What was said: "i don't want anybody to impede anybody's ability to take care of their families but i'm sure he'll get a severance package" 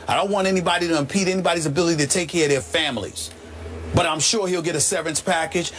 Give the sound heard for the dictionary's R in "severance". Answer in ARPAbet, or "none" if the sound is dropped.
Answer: none